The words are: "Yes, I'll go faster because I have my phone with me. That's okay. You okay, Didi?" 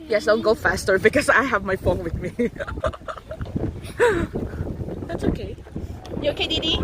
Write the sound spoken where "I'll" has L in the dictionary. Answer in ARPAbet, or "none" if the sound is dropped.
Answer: N